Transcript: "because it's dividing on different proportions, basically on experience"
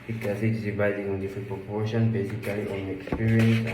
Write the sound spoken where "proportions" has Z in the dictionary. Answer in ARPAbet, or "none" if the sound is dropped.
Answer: none